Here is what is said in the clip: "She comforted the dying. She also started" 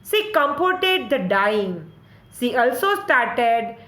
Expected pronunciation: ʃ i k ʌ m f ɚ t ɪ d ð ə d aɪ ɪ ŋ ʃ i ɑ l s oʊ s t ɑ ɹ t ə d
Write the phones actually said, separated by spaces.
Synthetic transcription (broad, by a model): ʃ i k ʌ m p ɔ t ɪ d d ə d aɪ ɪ ŋ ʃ i ɑ l s oʊ s t ɑ ɹ t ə d